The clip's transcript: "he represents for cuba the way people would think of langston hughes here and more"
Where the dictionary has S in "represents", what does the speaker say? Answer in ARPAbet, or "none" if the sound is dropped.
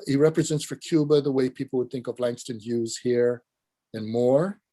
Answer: S